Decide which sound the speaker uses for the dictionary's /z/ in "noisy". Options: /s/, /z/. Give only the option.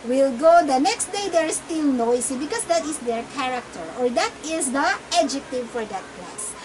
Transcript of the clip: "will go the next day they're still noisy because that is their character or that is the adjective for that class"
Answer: /s/